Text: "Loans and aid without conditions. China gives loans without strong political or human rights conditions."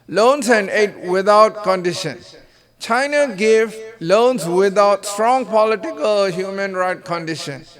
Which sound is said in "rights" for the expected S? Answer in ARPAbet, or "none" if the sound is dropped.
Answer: none